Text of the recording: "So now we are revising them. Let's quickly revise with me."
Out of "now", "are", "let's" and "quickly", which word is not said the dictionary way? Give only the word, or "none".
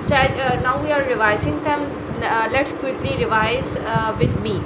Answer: none